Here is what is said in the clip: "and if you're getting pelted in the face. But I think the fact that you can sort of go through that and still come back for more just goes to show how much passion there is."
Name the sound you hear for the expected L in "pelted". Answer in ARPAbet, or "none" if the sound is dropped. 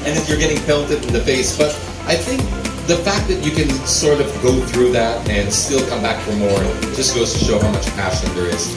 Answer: N